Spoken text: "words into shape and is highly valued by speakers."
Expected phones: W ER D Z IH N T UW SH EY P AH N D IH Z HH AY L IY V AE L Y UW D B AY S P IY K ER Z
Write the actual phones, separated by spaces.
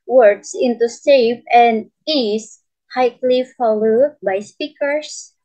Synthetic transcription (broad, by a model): W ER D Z IH N T UW S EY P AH N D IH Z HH AY L IY F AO L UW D B AY S P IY K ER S